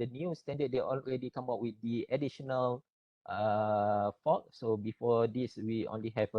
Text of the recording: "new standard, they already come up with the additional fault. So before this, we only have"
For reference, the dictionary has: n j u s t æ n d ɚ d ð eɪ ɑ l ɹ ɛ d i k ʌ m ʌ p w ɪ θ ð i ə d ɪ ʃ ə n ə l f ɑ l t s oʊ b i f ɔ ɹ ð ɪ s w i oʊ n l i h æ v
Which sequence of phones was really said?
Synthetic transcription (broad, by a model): n j u s t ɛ n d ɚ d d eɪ ɑ l ɹ ɛ d i k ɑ m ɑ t w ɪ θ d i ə d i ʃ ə n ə l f ɑ t s oʊ b i f ɔ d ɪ s w i oʊ n l i h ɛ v